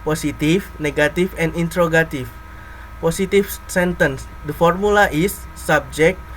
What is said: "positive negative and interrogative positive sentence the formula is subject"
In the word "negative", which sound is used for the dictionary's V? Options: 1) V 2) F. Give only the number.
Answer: 2